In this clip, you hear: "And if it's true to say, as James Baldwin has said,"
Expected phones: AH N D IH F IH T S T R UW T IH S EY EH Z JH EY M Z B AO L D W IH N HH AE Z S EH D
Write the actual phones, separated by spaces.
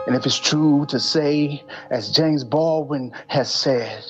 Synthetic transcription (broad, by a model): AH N IH F IH T S T R UW T IH S EY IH Z JH EY M Z B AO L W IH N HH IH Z S EH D